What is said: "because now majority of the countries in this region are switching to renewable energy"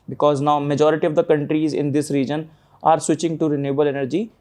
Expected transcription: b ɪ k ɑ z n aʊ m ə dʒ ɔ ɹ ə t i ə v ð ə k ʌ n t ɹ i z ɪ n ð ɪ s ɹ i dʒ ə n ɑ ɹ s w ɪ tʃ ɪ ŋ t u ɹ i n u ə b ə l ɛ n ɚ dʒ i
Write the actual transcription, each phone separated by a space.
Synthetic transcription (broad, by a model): b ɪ k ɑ z n aʊ m ə dʒ ɔ ɹ ə t i ə v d ə k ʌ n t ɹ i z ɪ n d ɪ s ɹ i dʒ ə n ɑ ɹ s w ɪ tʃ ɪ ŋ t u ɹ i n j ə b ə l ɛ n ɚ dʒ i